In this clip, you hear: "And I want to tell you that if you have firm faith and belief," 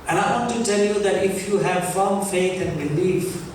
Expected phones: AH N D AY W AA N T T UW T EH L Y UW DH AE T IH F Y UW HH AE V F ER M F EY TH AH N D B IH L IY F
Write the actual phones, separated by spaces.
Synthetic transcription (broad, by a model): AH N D AY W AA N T T UW T EH L Y UW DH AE T IH F Y UW HH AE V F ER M F EY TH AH N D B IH L IY F